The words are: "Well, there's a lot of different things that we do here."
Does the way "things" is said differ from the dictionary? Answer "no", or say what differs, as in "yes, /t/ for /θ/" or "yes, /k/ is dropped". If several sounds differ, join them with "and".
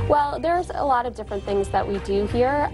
no